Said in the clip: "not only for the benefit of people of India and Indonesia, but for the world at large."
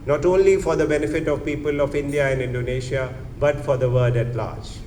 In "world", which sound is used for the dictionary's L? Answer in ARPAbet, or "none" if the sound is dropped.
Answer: none